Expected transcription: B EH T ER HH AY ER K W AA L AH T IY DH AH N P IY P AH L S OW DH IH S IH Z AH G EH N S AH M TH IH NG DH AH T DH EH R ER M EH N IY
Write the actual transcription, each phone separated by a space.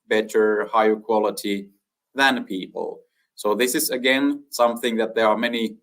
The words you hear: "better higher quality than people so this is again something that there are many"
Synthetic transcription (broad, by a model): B EH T ER HH AY ER K W AA L AH T IY DH AH N P IY P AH L S OW DH IH S IH Z AH G EH N S AH M TH IH NG DH AH T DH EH R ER M EH N IY